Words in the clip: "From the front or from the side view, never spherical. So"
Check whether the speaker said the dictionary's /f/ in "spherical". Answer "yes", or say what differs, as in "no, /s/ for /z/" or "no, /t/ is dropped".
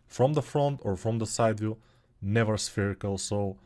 yes